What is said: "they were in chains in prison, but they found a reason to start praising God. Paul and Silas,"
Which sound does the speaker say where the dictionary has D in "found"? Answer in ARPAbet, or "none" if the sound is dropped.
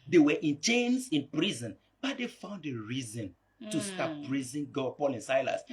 D